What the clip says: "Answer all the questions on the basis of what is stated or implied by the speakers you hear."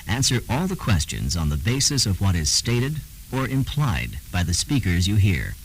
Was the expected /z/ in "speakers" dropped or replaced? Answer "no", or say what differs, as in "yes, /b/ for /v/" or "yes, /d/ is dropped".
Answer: no